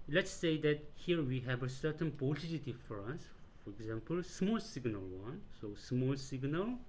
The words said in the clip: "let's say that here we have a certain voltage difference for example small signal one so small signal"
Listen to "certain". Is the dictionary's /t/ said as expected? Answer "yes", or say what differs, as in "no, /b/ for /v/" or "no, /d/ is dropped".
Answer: yes